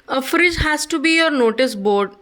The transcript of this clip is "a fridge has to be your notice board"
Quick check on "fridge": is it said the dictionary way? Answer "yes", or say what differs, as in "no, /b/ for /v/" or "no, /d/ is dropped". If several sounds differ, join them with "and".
yes